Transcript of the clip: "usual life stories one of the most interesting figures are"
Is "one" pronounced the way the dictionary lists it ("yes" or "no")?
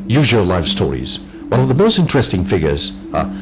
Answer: no